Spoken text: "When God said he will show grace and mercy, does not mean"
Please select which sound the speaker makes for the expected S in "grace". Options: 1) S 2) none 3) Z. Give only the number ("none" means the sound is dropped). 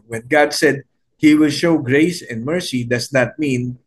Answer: 1